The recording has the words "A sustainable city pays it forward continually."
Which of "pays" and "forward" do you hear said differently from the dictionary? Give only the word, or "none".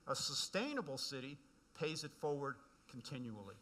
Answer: none